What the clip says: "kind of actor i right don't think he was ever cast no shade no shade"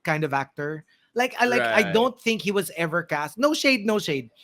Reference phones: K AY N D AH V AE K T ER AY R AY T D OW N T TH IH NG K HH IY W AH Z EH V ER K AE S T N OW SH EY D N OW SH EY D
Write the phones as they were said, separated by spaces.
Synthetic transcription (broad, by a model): K AY N D AH V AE K T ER AY L AY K D OW N T TH IH NG K HH IY W AH Z EH V ER K AE S T N OW SH EY D N OW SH EY D